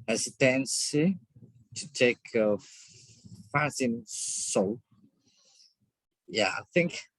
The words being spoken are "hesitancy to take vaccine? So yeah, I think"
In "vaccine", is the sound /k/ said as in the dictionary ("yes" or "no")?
no